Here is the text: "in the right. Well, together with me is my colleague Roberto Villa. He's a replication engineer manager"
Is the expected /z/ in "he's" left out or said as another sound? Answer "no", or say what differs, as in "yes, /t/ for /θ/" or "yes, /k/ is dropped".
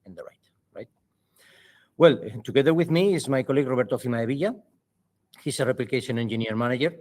yes, /s/ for /z/